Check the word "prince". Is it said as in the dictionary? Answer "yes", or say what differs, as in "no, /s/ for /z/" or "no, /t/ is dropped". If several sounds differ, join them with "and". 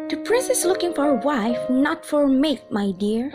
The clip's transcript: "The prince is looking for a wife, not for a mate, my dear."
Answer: no, /n/ is dropped